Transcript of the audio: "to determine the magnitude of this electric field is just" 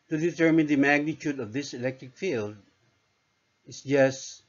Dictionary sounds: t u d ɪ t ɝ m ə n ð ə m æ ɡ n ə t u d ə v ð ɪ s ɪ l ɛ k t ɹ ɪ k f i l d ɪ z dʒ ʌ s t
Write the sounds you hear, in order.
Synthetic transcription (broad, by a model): t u d ɪ t ɝ m ə n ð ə m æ ɡ n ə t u d ə v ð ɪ s ɪ l ɛ k t ɹ ɪ k f i l d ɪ s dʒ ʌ s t